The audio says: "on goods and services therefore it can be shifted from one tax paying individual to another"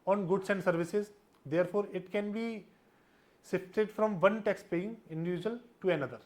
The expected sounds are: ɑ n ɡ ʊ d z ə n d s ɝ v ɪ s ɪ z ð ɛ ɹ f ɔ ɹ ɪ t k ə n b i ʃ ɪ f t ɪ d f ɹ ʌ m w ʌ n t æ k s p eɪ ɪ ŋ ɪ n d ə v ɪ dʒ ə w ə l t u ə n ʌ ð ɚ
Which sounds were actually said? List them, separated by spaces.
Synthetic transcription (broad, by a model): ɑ n ɡ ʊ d s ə n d s ɝ v ɪ s ɪ z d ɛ ɹ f ɔ ɹ ɪ t k ə n b i s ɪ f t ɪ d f ɹ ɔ m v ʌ n t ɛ k s p eɪ ɪ ŋ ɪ n d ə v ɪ dʒ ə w ə l t u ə n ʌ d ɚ